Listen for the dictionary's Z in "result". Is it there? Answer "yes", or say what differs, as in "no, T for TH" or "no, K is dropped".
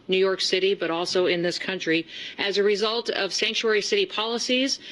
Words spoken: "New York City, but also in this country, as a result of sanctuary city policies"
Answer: yes